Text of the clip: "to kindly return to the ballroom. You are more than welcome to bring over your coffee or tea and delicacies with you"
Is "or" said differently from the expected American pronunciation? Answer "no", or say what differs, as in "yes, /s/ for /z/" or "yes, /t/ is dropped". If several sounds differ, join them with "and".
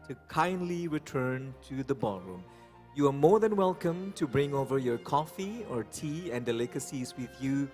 no